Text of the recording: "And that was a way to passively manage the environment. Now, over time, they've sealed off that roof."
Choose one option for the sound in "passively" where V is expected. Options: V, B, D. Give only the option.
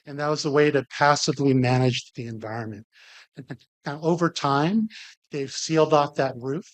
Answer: V